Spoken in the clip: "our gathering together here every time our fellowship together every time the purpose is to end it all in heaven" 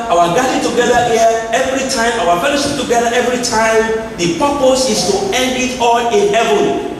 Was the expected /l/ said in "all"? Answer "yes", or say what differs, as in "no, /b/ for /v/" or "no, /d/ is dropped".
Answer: no, /n/ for /l/